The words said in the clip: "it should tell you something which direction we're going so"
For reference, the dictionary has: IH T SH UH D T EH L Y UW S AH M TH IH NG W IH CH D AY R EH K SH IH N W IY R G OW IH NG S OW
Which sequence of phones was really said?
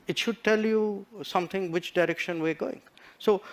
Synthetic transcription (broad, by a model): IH T SH UH D T EH L Y UW S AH M T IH NG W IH CH D AY R EH K SH IH N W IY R G OW IH NG S OW